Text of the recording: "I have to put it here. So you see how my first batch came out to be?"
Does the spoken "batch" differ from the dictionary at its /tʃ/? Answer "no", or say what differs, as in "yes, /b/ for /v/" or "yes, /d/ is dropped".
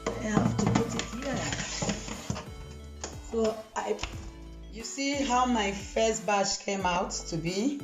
yes, /ʃ/ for /tʃ/